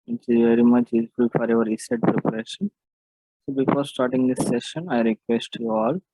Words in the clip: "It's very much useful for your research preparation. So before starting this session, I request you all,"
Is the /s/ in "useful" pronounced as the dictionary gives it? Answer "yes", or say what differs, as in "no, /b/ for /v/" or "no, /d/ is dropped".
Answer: no, /s/ is dropped